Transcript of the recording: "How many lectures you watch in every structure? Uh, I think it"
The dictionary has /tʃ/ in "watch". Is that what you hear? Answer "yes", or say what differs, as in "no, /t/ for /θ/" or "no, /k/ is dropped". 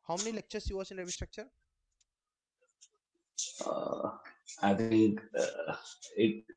no, /s/ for /tʃ/